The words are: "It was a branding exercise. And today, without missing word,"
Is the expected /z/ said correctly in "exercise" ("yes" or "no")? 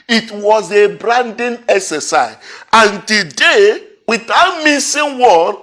no